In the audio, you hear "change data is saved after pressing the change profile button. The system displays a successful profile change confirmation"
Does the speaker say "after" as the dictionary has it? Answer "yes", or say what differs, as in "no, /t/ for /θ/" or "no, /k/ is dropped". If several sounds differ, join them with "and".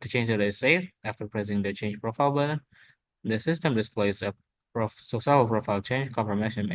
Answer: yes